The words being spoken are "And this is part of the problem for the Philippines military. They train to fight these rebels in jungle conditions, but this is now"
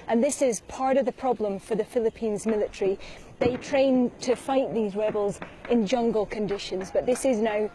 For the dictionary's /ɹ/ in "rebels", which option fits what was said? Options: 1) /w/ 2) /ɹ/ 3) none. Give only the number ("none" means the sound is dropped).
2